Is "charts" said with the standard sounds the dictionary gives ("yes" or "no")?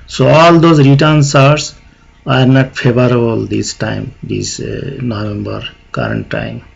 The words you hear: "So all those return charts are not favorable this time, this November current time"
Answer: no